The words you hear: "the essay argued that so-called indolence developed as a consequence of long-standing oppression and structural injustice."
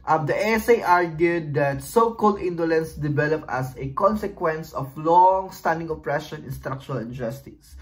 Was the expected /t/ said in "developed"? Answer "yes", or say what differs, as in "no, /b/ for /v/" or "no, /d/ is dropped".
no, /t/ is dropped